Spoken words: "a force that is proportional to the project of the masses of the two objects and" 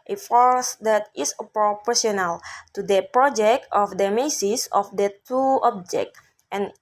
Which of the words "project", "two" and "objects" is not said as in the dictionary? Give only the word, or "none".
objects